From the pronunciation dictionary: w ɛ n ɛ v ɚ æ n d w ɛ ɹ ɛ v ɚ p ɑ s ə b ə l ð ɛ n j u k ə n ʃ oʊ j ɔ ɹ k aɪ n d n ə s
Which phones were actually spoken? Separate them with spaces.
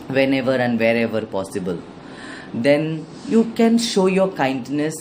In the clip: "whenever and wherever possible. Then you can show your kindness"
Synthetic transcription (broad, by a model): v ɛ n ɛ v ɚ æ n d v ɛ ɹ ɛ v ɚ p ɑ s ə b ə l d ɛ n j u k ə n ʃ oʊ j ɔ ɹ k aɪ n d n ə s